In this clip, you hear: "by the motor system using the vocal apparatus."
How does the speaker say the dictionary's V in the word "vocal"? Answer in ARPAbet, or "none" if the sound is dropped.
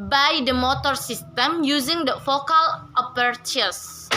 F